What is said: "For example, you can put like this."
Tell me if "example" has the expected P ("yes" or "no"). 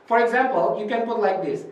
yes